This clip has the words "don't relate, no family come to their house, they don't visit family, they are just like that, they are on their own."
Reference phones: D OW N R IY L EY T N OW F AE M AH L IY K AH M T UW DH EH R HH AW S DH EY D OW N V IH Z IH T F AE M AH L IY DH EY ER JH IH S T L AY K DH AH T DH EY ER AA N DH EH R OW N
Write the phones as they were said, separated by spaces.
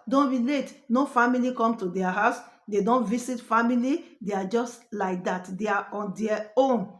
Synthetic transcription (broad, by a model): D OW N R IY L EY T N OW F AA M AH L IY K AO M T UW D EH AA HH AW S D EY D OW N V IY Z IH T F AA M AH L IY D EY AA JH IH S T L AY K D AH T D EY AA AA N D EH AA OW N